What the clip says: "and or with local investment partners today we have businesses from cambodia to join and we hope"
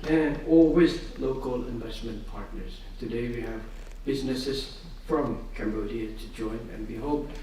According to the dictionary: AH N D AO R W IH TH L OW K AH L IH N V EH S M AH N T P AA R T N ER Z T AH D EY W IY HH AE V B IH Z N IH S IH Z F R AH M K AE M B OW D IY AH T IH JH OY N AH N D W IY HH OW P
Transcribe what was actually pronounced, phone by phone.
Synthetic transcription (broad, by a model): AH N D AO L W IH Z L OW K AH L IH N V EH S M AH N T P AA R T N ER Z T AH D EY W IY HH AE V B IH Z N IH S IH Z F R AH M K AE M B OW D IY AH T IH JH OY N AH N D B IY HH OW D